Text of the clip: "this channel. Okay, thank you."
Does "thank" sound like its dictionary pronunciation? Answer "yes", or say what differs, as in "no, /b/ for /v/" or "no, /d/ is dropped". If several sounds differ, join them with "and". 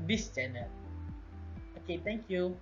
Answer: no, /t/ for /θ/